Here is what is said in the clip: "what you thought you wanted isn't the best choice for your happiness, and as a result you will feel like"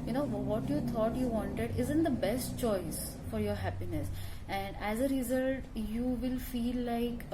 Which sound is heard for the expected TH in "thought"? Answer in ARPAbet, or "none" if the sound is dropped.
T